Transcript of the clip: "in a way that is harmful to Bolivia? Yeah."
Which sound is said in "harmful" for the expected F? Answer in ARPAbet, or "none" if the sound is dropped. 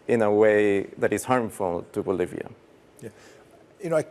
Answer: F